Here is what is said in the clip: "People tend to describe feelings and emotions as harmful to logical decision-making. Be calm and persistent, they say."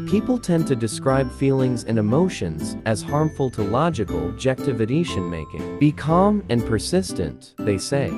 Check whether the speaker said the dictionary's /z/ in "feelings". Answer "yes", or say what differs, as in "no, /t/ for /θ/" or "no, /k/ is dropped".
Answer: yes